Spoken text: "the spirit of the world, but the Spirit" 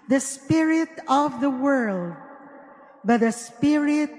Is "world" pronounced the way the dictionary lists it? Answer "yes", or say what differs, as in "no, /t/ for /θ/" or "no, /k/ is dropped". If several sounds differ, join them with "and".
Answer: yes